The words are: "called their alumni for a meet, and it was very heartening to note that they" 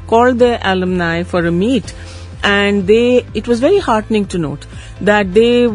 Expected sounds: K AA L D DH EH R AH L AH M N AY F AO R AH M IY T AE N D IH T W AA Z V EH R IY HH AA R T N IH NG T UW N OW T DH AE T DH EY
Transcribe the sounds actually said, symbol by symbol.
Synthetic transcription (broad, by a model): K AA L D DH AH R AH L AH M N AY F AO R AH M IY T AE N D IH T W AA Z V EH R IY HH AA R T N IH NG T UW N OW T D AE T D EY